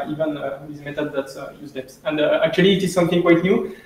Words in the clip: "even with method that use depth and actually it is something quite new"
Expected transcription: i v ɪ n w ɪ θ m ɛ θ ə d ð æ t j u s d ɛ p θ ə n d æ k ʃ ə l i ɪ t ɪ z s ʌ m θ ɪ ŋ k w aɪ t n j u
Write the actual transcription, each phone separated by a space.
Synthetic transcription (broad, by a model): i v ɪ n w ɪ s m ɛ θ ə d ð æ t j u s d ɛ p s ə n d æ k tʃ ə l i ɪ t ɪ z s ʌ m θ ɪ ŋ k w aɪ t n j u